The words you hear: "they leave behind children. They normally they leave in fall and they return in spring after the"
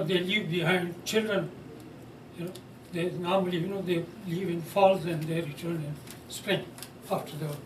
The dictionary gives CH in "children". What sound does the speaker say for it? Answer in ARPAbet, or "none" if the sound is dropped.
CH